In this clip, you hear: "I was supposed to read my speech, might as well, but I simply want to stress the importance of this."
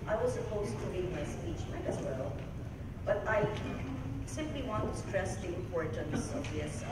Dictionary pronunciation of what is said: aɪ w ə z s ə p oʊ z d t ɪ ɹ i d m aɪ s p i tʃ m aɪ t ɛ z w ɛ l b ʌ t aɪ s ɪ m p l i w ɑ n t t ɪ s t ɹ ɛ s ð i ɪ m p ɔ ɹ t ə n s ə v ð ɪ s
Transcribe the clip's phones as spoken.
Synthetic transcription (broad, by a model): aɪ w ə z s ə p oʊ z t ɪ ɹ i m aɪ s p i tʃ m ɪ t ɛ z w ɛ l b ʌ t aɪ s ɪ m p l i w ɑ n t t ɪ s t ɹ ɛ s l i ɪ p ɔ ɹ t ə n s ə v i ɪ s